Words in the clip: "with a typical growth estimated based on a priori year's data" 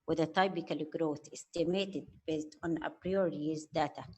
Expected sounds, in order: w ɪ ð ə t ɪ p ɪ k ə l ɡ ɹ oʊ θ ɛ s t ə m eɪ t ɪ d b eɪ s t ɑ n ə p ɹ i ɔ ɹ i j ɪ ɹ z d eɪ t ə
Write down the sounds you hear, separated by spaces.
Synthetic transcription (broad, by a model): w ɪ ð ə t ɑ b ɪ k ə l ɡ ɹ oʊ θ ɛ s t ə m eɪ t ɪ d b eɪ s t ɑ n ə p ɹ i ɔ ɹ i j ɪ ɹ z d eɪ t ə